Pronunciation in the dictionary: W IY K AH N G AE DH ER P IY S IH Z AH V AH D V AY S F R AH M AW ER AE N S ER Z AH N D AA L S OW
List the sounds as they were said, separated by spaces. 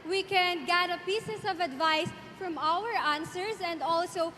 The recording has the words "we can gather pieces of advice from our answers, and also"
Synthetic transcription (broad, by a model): W IY K AH N G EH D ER P IY S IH S AH V AH D V AY S F R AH M AW ER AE N S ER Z AH N D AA L S OW